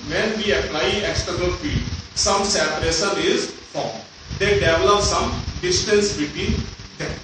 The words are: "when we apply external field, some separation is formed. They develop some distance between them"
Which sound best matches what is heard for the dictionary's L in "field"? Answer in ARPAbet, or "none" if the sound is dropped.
none